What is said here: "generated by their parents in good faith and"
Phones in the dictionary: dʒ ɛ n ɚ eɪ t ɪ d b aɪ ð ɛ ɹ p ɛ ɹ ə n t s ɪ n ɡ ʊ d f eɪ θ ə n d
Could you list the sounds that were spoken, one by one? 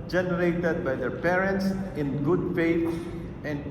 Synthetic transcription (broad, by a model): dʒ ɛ n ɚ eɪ t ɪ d b aɪ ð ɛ ɹ p ɛ ɹ ə n t s ɪ n ɡ ʊ d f eɪ t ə n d